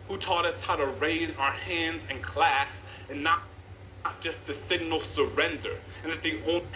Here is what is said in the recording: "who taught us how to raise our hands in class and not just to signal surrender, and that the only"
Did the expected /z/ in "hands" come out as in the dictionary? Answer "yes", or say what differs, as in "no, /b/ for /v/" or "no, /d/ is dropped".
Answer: yes